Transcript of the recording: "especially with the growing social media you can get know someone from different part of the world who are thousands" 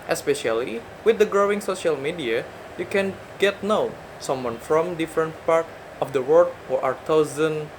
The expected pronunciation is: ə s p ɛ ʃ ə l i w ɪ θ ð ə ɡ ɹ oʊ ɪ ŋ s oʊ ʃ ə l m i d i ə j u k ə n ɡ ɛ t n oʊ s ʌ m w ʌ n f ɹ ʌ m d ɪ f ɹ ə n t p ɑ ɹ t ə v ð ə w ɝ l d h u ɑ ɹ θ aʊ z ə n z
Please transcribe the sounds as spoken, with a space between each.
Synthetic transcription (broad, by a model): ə s p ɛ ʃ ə l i w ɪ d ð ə ɡ ɹ oʊ ɪ ŋ s oʊ ʃ ə l m i d i ə j u k ə n ɡ ɛ t n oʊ s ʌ m w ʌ n f ɹ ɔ m d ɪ f ɹ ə n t p ɑ ɹ t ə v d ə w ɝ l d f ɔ ɑ ɹ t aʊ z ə n